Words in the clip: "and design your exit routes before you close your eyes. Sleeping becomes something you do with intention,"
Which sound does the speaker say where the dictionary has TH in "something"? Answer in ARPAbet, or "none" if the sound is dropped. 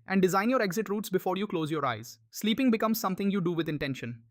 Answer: T